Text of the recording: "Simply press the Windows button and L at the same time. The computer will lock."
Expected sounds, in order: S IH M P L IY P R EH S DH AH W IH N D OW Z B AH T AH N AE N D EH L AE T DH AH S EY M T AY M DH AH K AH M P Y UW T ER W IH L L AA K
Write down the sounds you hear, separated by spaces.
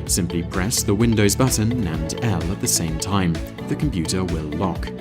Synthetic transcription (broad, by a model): S IH M P L IY P R EH S DH AH W IH N D OW Z B AH T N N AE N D EH L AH T DH AH S EY M T AY M DH AH K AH M P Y UW T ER W IH L L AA K